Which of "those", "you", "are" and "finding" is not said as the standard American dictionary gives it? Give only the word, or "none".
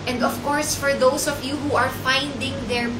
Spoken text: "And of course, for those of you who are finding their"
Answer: those